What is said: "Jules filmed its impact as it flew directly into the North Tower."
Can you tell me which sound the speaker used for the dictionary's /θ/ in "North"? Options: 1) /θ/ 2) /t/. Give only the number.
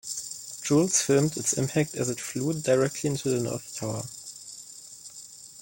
1